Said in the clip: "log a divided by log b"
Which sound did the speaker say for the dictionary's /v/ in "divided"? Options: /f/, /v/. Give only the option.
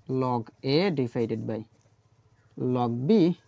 /f/